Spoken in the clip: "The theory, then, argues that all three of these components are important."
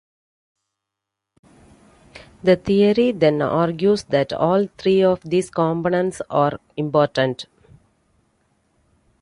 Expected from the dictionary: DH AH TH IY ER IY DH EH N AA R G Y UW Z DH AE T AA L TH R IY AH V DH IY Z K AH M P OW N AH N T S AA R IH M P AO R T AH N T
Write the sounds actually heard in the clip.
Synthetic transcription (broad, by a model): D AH T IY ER IY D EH N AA R G Y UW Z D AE T AA L T R IY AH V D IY S K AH M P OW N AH N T S AA R IH M P AO R T AH N T